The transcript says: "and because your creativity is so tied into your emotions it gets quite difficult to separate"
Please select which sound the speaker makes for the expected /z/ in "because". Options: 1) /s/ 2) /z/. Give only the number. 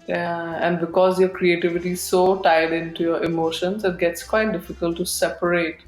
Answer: 2